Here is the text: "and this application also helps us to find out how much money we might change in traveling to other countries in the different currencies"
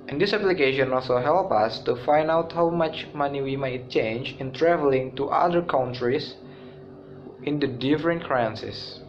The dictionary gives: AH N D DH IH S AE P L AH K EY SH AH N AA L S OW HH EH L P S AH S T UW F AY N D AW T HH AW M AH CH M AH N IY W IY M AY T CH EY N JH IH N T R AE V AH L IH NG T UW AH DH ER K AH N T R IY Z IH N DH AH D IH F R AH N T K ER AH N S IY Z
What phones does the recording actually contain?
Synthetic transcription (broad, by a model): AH N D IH S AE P L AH K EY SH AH N AA L S OW HH EH L P AH S T UW F AY N D AW T HH AW M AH CH M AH N IY W IY M AY T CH EY N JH IH N T R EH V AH L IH NG T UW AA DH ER K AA N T R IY S IH N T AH D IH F R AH N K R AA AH N S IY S